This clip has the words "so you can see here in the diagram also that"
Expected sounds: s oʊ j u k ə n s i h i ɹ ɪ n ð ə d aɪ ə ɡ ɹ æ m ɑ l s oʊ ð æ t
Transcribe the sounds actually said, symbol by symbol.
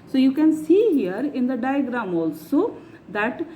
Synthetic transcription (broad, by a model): s oʊ j u k ə n s i h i ɹ ɪ n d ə d aɪ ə ɡ ɹ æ m ɑ l s oʊ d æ t